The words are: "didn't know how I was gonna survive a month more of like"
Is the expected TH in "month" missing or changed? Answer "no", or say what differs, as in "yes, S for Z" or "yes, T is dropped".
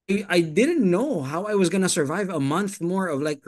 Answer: no